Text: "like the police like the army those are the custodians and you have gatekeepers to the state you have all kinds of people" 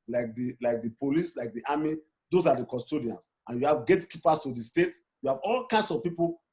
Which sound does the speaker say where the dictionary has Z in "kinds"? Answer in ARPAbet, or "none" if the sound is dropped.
S